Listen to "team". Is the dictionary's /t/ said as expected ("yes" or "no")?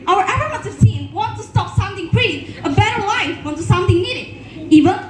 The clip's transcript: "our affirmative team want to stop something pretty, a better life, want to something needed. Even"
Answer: no